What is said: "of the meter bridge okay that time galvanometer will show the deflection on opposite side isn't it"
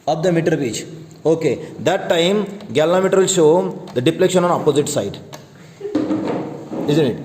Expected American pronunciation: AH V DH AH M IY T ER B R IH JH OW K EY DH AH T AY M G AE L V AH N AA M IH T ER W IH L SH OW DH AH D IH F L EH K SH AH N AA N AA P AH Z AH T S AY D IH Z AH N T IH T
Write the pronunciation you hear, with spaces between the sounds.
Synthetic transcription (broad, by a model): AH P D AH M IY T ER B IY CH OW K EY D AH T AY M G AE L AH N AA M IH T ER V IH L SH OW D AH D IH P L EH K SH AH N AA N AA P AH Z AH T S AY D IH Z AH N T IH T